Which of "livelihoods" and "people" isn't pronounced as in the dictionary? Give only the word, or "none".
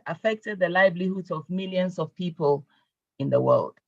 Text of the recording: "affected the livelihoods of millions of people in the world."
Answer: livelihoods